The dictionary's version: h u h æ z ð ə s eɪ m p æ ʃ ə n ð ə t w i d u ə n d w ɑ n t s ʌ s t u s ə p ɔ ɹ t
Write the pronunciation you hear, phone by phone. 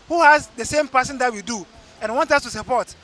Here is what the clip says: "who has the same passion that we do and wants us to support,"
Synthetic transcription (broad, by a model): h u h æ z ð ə s eɪ m p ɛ s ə n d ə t w i d u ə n w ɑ n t ʌ s t u s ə p ɔ t